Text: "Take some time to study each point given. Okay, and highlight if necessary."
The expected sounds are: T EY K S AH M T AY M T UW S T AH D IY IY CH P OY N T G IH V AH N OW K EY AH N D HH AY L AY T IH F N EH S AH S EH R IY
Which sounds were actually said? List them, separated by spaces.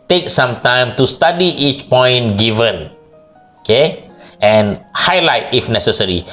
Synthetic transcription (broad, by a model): T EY K S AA M T AY M T UW S T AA D IY IY CH P OY N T G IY V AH N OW K EY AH N HH AY L AY T IH F N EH S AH S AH R IY